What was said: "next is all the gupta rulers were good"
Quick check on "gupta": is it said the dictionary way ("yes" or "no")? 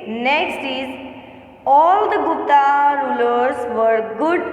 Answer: no